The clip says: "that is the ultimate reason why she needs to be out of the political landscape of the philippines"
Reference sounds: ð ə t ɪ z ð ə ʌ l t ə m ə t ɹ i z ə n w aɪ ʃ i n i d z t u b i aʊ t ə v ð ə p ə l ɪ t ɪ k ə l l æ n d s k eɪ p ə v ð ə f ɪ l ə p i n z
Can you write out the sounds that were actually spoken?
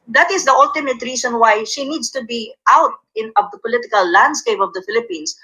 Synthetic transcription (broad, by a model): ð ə t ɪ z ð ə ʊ l t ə m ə t ɹ i s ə n w aɪ ʃ i n i d s t u b i aʊ t ə v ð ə p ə l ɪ t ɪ k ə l l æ n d s k eɪ p ə v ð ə f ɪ l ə p i n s